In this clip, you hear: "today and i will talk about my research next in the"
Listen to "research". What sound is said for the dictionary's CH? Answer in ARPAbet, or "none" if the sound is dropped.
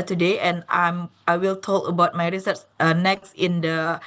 S